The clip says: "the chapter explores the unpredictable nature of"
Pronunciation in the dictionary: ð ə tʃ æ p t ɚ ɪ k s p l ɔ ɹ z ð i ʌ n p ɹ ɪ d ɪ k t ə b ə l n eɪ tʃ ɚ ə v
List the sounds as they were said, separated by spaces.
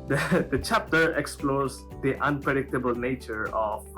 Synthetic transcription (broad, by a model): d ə tʃ æ p t ɚ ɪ k s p l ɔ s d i ʌ n p ɹ ɪ d ɪ k t ə b ə l n eɪ tʃ ɚ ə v